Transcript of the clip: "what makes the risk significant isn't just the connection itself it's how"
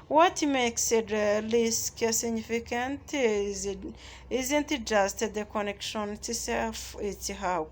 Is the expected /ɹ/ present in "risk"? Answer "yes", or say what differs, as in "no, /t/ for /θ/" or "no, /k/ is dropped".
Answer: no, /l/ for /ɹ/